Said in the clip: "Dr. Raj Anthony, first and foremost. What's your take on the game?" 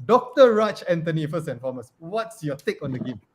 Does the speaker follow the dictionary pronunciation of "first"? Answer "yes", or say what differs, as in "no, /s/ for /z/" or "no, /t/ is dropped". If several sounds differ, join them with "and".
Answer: no, /t/ is dropped